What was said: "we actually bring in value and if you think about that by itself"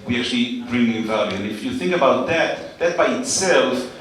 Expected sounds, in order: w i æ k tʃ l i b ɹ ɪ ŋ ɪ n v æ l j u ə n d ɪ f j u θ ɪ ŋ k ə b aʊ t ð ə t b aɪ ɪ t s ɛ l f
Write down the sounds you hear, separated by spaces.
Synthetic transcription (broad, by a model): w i æ k tʃ l i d ɹ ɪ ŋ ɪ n v æ l j u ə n ɪ f j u θ ɪ ŋ k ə b aʊ t ð ə t b aɪ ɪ t s ɛ l f